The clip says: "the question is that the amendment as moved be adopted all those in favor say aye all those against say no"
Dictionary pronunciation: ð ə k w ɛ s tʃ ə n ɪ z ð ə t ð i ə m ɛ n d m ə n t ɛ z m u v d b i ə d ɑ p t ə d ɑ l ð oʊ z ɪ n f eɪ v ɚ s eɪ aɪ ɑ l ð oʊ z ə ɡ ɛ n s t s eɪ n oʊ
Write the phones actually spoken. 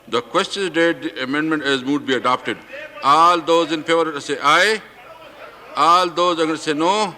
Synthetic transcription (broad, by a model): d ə k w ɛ s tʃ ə n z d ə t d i ə m ɛ n d m ə n t ɛ z m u d b i ə d ɑ p t ə d ɑ l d oʊ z ɪ n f eɪ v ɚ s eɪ aɪ ɑ l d oʊ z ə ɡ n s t s eɪ n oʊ